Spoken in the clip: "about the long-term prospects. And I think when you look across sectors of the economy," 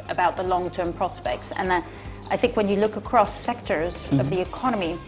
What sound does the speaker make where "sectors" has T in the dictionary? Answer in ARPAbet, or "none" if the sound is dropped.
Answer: T